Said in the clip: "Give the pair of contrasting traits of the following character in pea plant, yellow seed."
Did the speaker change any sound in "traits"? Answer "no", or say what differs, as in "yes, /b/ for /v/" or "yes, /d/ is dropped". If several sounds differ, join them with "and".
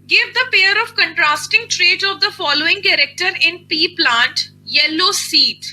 yes, /s/ is dropped